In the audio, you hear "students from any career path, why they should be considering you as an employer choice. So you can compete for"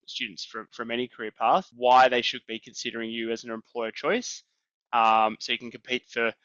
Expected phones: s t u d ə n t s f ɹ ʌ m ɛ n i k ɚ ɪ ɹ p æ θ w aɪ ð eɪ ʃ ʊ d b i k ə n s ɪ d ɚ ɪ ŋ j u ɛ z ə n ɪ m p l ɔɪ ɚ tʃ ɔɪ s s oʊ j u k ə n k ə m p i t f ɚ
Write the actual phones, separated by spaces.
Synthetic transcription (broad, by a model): s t u d n t s f ɹ ʌ m ɛ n i k ɚ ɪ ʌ p æ θ w aɪ ð eɪ ʃ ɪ d b i k n s ɪ d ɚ ɪ ŋ j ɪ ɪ z n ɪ m p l ɔɪ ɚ tʃ ɔɪ s s oʊ j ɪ k ə n k ə m p i t f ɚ